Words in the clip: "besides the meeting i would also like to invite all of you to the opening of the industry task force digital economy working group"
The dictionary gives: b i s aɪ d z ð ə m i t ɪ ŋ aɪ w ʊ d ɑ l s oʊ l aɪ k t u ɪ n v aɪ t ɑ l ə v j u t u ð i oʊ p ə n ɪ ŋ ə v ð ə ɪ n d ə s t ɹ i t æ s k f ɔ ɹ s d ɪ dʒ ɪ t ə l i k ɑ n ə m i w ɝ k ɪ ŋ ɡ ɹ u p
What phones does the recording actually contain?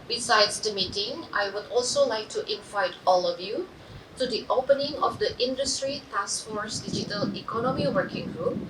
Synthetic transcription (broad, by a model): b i s aɪ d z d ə m i t ɪ ŋ aɪ w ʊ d ɑ l s oʊ l aɪ k t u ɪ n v aɪ t ɑ l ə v j u t u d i oʊ p ə n ɪ ŋ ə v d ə ɪ n d ə s t ɹ i t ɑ s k f ɔ ɹ s d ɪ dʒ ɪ t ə l i k ɑ n ə m i w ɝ k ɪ ŋ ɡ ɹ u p